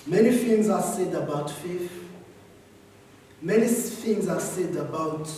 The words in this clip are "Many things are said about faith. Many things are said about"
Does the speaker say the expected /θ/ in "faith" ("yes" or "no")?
no